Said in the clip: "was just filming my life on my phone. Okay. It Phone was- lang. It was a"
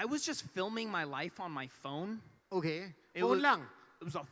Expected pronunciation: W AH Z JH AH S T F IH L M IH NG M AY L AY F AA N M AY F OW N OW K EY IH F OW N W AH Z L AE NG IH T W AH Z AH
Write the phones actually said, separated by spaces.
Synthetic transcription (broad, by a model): W AH Z JH AH S T F IH L M IH NG M AY L AY F N M AY F OW N OW K EY IH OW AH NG IH T W AH Z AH